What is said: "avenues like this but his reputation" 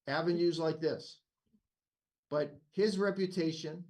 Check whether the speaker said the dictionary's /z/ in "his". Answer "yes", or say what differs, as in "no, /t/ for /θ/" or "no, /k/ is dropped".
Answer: yes